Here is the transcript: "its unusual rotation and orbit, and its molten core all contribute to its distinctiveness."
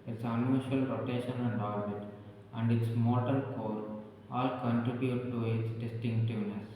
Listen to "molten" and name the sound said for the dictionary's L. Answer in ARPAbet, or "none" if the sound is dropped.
none